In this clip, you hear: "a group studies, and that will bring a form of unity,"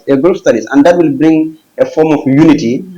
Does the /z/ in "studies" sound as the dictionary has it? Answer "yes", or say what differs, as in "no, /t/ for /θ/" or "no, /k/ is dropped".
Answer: no, /s/ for /z/